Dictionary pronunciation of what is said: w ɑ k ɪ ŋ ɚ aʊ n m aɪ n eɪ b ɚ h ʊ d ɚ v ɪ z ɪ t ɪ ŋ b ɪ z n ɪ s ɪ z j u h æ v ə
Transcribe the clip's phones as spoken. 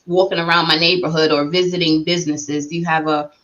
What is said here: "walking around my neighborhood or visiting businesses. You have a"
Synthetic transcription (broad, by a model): w ɑ k ɪ ŋ ɚ aʊ n m aɪ n eɪ b ɚ h ʊ d ɚ v ɪ z ɪ t ɪ ŋ b ɪ z n ɪ s ɪ z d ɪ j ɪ v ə